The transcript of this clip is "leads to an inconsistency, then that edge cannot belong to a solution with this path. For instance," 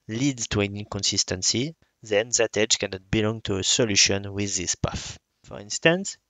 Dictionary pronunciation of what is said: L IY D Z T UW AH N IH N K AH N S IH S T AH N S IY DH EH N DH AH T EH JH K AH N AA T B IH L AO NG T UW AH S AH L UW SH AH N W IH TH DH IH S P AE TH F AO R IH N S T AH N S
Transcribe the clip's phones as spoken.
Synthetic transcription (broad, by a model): L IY D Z T UW AH N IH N K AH N S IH S T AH N S IY DH EH N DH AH T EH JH K AH N AA T B IH L AO NG T UW AH S AH L UW SH AH N W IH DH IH S P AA F F AO R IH N S T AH N S